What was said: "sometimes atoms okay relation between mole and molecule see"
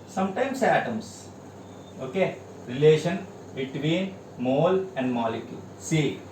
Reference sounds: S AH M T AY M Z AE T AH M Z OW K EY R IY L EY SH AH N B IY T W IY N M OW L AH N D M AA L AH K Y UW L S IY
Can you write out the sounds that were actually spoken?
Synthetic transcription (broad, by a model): S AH M T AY M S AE T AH M S OW K EY R IY L EY SH AH N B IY T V IY N M OW L AH N D M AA L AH K Y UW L S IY